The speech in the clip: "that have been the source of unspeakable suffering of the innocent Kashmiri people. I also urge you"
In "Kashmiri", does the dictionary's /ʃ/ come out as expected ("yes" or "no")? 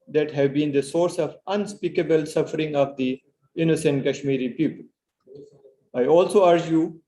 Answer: yes